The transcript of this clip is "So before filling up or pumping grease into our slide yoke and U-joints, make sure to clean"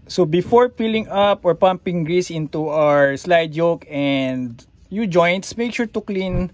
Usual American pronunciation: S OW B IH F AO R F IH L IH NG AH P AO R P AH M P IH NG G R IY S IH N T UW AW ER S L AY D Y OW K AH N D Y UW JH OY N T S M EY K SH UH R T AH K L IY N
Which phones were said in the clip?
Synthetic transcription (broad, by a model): S OW B IH F AO R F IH L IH NG AH P AO R P AH M P IH NG G R IY S IH N T UW AW ER S L AY D Y OW K AH N D Y UW JH OY N T S M EY K SH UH R T AH K L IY N